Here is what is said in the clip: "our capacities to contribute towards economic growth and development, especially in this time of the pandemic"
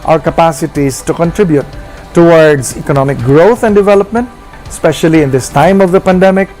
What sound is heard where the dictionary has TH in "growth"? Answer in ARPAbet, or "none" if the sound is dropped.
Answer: T